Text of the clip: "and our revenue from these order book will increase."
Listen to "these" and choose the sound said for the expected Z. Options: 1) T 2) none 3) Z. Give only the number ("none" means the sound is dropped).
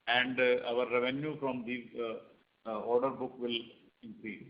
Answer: 2